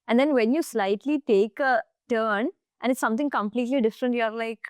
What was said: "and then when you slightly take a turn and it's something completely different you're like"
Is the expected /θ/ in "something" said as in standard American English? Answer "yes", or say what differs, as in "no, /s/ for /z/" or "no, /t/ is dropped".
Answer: no, /t/ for /θ/